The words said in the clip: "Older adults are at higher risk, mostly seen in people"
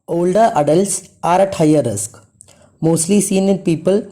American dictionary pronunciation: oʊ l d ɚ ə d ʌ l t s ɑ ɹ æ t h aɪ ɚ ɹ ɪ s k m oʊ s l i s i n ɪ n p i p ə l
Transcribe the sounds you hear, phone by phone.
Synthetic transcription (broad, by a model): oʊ l d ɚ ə d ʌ l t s ɑ ɹ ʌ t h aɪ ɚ ɹ ɪ s k m oʊ s l i s i n ɪ n p i p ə l